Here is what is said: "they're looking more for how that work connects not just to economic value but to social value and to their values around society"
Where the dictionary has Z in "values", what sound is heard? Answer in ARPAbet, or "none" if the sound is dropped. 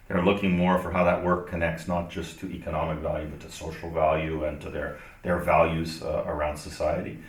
Z